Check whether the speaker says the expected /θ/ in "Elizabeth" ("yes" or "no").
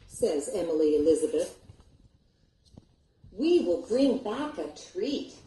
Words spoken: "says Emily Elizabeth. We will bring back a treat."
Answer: yes